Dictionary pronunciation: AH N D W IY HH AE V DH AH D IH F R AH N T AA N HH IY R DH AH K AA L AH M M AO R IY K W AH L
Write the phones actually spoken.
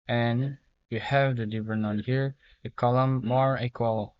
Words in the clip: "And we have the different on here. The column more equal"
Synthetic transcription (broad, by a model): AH N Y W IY HH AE V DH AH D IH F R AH N AA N HH IY R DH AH K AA L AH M M AO R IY K W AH L